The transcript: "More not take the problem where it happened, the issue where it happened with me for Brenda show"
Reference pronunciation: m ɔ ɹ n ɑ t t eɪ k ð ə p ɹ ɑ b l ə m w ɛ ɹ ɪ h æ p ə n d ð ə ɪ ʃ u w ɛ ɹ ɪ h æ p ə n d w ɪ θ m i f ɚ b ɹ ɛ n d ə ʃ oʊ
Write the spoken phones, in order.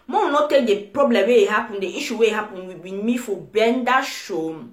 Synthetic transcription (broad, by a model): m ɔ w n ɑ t t eɪ k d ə p ɹ ɑ b l ə m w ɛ ɪ h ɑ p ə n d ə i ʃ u w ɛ ɪ h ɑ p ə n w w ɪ m i f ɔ b ɛ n d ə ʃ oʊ